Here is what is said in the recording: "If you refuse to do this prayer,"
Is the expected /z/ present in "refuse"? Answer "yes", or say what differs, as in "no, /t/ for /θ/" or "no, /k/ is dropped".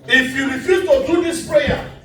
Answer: no, /z/ is dropped